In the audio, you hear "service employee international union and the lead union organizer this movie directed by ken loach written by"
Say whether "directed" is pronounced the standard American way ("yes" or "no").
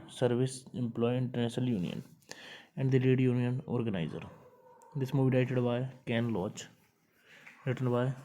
no